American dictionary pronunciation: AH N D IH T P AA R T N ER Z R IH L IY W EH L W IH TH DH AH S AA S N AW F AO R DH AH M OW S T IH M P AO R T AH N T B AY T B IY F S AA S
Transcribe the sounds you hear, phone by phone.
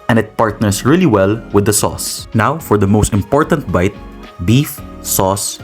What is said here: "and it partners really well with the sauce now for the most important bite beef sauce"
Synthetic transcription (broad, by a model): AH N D IH T P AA R T N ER S R IH L IY W EH L W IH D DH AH S AA S N AW F AO R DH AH M OW S T IH M P AO R T AH N T B AY T B IY F S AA S